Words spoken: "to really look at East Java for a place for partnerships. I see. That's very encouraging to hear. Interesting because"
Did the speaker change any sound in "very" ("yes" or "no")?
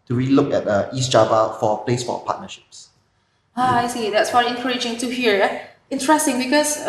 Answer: yes